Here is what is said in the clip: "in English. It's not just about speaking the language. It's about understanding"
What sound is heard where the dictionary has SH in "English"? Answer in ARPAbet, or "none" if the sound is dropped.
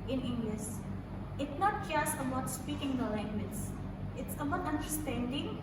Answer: S